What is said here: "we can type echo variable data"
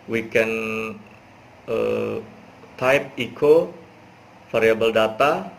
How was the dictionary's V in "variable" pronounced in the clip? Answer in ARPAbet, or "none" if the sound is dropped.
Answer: F